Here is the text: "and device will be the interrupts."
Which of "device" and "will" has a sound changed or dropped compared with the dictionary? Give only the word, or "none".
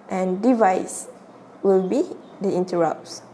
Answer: none